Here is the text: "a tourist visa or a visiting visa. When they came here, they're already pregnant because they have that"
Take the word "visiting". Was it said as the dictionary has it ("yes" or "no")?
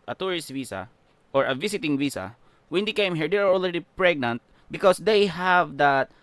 no